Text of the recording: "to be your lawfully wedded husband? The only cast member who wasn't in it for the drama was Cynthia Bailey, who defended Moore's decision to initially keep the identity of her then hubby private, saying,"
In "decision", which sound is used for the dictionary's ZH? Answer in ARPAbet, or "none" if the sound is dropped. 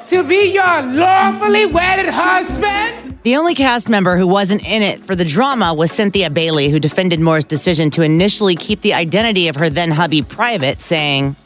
ZH